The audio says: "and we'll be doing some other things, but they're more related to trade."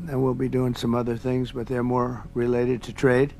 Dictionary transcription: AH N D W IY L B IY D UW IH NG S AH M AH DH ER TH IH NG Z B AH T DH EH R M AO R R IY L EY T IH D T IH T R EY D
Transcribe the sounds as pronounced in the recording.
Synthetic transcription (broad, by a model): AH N W IY L B IY D UW IH NG S AH M AH DH ER TH IH NG Z B AH T DH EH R M AO R R IY L EY T IH D T IH T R EY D